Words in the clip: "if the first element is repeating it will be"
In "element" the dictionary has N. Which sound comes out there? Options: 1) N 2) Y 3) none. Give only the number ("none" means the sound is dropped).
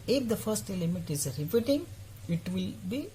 3